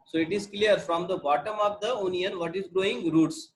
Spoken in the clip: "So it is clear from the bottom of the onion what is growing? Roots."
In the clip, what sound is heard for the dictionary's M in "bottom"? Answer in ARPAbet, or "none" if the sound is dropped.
M